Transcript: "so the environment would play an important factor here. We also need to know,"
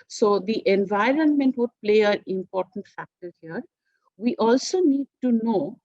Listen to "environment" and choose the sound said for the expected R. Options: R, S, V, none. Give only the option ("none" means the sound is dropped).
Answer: R